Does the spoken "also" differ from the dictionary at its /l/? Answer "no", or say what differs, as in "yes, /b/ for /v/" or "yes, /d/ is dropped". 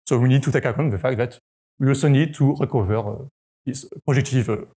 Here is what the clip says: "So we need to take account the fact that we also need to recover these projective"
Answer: yes, /l/ is dropped